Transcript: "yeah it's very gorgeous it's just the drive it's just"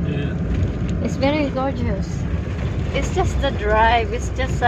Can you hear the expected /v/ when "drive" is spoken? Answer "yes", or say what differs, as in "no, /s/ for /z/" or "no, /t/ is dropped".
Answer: yes